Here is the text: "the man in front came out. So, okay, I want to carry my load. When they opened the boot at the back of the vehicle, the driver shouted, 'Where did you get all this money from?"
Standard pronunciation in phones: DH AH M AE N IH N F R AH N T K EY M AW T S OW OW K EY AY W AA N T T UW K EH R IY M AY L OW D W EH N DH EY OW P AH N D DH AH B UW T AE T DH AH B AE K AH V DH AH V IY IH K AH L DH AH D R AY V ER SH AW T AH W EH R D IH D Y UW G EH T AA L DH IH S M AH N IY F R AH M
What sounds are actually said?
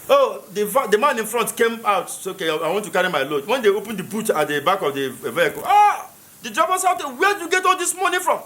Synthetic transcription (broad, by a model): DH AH M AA N IH N F R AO N T K EY M AW T S OW OW K EY AY W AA N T T UW K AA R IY M AY L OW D W EH N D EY OW P AH N D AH B UW T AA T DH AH B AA K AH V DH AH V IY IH K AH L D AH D R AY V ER S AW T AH W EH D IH Y UW G EH T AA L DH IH S M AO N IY F R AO M